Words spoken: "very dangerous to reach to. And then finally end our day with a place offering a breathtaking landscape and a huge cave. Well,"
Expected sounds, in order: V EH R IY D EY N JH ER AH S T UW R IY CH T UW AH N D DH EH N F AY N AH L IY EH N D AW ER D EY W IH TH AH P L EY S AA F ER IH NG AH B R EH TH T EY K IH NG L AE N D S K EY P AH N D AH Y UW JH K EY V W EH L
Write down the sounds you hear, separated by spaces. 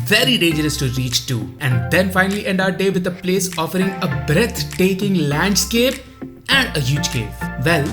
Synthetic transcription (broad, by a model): V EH R IY D EY N JH ER AH S T UW R IY CH T UW AH N D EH N F AY N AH L IY EH N D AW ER D EY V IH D AH P L EY S AA F ER IH NG AH B R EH T T EY K IH NG L AE N D S K EY P AH N D AH Y UW JH K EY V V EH L